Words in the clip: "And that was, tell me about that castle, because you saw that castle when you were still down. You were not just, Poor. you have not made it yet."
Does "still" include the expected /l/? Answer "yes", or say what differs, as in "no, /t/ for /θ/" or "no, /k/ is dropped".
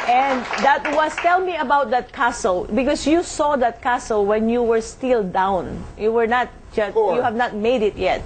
yes